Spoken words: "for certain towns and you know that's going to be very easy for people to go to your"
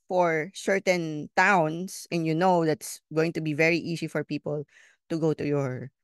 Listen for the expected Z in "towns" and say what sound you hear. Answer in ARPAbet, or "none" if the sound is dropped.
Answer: S